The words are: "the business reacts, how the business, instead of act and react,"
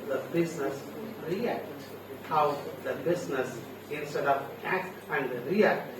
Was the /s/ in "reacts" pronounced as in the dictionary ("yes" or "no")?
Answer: no